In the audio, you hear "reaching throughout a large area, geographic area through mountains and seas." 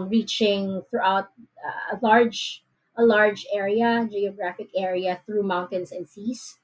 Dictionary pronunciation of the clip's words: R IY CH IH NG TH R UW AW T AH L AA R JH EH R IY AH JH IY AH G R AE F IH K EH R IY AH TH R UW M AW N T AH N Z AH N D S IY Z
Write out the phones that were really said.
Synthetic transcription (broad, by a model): R IY CH IH NG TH R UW AW T AH L AA R JH EH R IY AH JH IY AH G R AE F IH K EH R IY AH TH R UW M AW N T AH N S AH N D S IY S